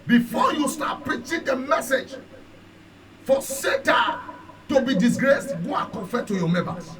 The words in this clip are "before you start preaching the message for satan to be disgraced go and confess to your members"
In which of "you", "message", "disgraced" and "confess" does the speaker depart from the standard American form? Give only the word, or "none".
confess